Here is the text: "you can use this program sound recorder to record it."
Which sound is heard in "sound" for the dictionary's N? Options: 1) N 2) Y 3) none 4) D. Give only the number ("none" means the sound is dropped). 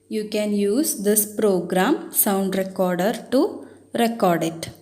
1